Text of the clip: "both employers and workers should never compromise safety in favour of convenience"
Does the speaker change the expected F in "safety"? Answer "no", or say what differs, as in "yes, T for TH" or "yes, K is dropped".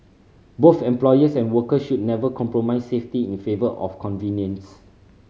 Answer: no